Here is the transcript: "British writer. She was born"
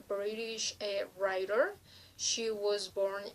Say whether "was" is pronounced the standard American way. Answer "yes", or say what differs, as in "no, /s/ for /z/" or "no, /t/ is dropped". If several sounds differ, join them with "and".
yes